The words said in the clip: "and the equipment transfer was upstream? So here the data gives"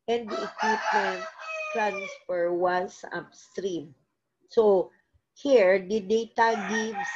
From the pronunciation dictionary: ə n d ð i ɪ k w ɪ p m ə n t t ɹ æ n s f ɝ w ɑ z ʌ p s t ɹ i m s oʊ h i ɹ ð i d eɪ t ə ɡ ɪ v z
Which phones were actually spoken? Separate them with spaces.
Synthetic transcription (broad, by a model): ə n d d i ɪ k w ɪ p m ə n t t ɹ æ n s f ɝ w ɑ s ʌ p s t ɹ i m s oʊ h i ɹ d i d eɪ t ə ɡ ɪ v